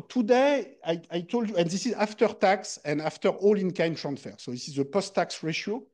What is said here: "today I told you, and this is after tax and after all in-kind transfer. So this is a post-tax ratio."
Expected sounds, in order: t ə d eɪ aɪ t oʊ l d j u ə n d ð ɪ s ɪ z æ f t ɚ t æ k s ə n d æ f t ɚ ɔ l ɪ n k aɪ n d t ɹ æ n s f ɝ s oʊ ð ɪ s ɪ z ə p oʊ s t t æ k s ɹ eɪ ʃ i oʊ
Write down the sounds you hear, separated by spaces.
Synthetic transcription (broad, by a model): t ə d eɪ aɪ t oʊ l d j u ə n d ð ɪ s ɪ z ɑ f t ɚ t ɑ k s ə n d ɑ f t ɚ ɔ l ɪ n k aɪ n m t ɹ æ n s f ɝ s oʊ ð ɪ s ɪ z ə p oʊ s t t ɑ k s ɹ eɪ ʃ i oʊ